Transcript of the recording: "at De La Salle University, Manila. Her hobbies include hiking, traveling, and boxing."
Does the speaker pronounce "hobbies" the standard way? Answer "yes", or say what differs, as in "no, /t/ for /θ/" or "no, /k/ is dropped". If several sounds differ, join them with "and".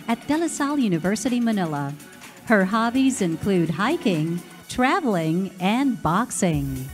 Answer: yes